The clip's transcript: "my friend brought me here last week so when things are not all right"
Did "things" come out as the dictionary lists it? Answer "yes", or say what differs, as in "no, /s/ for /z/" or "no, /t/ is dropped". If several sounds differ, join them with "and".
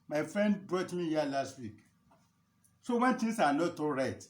no, /t/ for /θ/ and /s/ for /z/